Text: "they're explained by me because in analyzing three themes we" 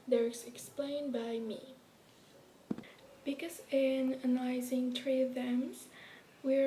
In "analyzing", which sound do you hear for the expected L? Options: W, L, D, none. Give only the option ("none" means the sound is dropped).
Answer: none